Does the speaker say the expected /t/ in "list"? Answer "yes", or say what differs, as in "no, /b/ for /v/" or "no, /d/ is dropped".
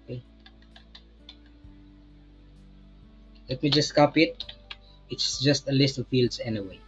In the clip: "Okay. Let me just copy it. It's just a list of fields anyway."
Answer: yes